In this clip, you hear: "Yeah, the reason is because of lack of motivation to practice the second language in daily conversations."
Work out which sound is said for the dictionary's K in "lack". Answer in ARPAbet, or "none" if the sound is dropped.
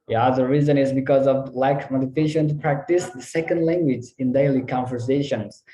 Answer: none